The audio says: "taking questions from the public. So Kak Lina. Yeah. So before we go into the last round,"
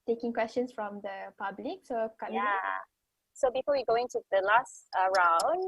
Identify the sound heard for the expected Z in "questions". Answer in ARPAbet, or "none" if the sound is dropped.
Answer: S